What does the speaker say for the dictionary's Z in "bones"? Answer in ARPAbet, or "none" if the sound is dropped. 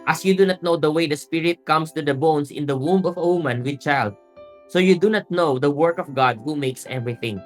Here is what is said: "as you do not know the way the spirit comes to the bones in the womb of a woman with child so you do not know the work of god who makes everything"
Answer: S